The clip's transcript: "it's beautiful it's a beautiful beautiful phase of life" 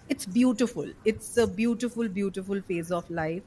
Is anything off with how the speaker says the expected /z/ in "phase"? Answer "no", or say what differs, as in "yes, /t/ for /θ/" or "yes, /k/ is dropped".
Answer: no